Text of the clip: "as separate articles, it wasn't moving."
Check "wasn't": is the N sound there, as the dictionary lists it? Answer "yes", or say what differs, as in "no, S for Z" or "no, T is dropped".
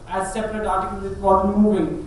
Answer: no, N is dropped